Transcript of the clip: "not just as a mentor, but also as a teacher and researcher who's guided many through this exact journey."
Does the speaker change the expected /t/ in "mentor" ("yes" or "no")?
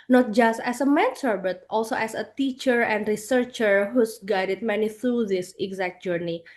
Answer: yes